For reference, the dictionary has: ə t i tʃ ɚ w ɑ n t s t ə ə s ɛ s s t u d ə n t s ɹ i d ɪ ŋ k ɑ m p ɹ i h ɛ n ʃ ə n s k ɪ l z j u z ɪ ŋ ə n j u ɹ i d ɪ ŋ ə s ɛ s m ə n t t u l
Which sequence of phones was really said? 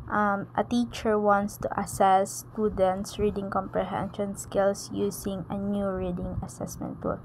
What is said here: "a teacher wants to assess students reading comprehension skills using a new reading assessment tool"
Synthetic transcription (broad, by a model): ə t i tʃ ɚ w ɑ n t s t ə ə s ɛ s s t u d ə n t s ɹ i d ɪ ŋ k ɑ m p ɹ i h ɛ n ʃ ə n s k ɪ l s j u s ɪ ŋ ə n j u ɹ i d ɪ ŋ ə s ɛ s m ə n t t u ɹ